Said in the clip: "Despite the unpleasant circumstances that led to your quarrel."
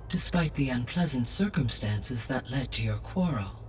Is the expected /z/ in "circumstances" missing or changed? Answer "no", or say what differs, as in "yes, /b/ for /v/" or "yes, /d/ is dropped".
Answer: no